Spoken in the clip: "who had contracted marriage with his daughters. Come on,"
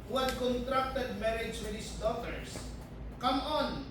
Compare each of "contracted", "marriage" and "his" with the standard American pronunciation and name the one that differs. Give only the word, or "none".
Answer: his